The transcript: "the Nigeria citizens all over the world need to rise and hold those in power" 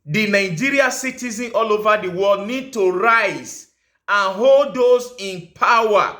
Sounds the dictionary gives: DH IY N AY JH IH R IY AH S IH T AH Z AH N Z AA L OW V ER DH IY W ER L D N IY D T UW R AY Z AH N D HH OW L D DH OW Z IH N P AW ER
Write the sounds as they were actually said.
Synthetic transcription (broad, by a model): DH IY N AY JH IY R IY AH S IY T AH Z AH N AA L OW V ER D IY W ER L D N IY D T UW R AY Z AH N HH OW L D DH OW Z IH N P AW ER